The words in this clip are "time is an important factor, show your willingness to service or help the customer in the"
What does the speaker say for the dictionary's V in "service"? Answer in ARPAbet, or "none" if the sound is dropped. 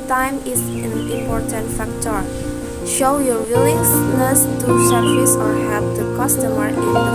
none